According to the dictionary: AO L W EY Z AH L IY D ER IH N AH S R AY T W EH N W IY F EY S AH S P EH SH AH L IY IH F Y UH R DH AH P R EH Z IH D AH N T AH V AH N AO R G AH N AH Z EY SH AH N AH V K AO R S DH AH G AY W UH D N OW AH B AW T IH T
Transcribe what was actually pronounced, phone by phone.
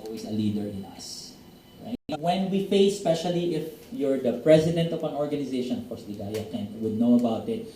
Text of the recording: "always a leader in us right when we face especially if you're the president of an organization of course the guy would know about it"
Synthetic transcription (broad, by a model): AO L W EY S AH L IY D ER IH N AH S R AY W EH N W IY F EY AH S P EH SH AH L IY IH F Y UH R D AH P R EH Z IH D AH N T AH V AH N AO R G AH N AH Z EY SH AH N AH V K AO R S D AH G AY W UH D N OW AH B AW T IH T